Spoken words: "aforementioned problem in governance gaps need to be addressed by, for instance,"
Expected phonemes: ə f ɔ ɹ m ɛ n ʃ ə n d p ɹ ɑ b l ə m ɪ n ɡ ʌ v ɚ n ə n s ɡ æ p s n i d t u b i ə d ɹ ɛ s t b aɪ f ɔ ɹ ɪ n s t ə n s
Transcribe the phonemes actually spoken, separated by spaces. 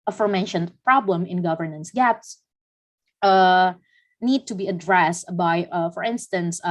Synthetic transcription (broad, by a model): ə f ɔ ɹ m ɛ n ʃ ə n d p ɹ ɑ b l ə m ɪ n ɡ ʌ v ɚ n ə n s ɡ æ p s n i d t u b i ə d ɹ ɛ s t b aɪ f ɔ ɹ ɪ n s t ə n s